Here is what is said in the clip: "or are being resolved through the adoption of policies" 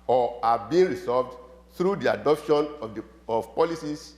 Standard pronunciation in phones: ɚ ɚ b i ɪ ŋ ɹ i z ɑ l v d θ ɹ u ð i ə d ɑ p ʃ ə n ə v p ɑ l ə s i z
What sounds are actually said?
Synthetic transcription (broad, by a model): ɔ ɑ b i ɹ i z ɑ v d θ ɹ u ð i ə d ɑ p ʃ ə n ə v p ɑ l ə s i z